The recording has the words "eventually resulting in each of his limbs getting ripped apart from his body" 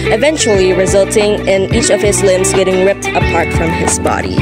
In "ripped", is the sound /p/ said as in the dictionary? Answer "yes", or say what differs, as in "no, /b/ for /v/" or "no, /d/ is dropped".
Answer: yes